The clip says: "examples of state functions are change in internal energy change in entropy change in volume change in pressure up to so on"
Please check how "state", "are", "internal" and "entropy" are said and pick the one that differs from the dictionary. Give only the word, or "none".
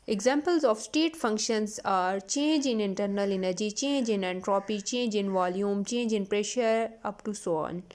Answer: none